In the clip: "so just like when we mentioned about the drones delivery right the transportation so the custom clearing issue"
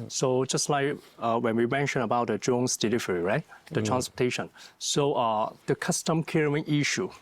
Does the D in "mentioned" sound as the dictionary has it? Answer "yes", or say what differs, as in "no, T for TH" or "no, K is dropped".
no, D is dropped